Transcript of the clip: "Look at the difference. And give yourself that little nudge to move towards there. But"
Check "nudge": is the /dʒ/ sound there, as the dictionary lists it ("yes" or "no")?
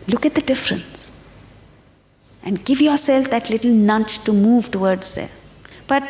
no